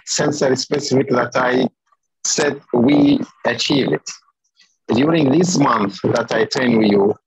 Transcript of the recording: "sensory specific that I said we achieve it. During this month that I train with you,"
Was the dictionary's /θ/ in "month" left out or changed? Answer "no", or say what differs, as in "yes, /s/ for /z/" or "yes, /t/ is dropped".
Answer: no